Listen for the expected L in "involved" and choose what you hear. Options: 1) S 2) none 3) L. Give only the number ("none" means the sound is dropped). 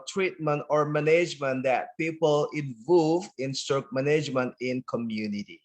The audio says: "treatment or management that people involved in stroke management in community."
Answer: 2